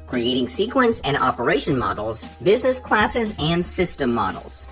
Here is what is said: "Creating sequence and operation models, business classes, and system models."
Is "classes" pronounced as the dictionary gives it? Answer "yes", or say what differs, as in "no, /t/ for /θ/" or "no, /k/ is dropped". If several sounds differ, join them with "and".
yes